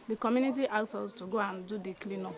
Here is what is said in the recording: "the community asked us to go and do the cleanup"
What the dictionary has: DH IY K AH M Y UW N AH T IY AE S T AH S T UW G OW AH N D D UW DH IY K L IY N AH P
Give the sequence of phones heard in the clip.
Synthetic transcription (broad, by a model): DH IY K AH M Y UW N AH T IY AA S AO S T UW G OW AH N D D UW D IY K L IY N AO